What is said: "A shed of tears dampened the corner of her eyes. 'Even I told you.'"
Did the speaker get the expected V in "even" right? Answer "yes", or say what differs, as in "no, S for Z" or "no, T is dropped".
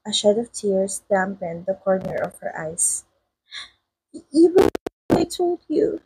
no, W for V